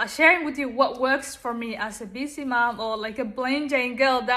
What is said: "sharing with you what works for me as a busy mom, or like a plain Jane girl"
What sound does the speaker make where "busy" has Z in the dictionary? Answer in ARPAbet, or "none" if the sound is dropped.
S